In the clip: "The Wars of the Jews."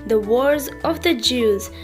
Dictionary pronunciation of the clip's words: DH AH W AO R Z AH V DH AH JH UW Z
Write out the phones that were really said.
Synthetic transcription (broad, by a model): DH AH W AO R Z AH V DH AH JH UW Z